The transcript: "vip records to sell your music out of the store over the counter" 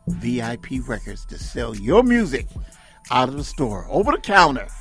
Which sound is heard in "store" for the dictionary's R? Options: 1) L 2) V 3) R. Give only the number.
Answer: 3